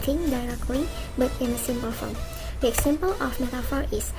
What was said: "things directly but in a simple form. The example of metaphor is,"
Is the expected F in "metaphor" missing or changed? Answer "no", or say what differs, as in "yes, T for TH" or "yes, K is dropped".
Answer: no